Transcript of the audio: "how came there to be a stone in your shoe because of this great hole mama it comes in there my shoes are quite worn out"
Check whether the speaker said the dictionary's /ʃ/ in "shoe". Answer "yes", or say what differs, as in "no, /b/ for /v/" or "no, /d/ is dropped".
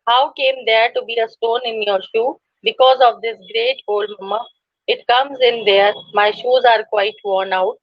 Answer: yes